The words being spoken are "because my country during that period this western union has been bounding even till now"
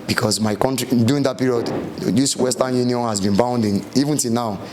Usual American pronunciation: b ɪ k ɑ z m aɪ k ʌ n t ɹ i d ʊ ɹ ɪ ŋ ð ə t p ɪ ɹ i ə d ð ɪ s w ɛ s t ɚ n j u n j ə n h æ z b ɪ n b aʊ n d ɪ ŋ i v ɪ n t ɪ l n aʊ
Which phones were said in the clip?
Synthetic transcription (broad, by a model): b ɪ k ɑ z m aɪ k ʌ n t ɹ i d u ɪ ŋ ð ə t p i ɹ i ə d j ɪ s w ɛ s t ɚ n j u n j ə n h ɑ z b ɪ n b aʊ n d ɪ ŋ i v ɪ n t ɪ l n aʊ